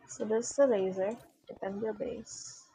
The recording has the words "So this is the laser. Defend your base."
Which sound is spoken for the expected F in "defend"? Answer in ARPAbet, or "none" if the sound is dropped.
P